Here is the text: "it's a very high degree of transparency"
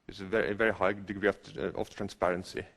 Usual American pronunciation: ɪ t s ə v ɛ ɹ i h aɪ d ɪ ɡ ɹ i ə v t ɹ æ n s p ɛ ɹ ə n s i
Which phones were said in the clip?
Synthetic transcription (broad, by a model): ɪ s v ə v ɛ ɹ i h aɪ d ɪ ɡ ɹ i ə f t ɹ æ n s p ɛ ɹ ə n s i